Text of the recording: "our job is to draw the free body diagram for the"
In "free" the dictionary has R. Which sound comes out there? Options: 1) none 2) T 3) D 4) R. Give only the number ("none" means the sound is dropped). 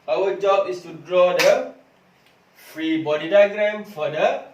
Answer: 4